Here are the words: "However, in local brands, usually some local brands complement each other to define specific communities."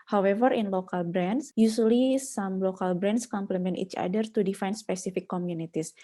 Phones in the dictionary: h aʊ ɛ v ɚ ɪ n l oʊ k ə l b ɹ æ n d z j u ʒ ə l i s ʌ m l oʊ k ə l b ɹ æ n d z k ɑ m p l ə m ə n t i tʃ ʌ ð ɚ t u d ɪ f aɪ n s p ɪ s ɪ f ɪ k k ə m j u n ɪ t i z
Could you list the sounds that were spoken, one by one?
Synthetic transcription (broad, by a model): h aʊ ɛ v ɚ ɪ n l oʊ k ə l b ɹ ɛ n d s j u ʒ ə l i s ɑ m l oʊ k ə l b ɹ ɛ n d s k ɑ m p l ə m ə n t i tʃ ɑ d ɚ t u d ɪ f aɪ n s p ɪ s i f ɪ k k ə m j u n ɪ t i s